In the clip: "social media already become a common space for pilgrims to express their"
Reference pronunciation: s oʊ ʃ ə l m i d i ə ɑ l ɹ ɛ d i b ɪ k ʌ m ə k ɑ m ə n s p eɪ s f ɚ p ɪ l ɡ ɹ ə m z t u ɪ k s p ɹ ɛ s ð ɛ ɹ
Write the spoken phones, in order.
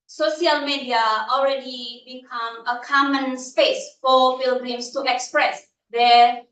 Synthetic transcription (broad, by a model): s oʊ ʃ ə l m i d i ə ɑ l ɹ ɛ d i b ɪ k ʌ m ə k ɑ m ə n s p eɪ s f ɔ f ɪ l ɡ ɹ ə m s t u ɪ k s p ɹ ɛ s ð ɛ